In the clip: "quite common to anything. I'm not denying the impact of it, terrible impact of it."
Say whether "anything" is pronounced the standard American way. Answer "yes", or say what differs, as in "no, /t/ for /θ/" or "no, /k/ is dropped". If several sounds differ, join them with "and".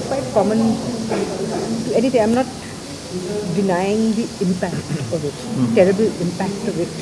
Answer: no, /t/ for /θ/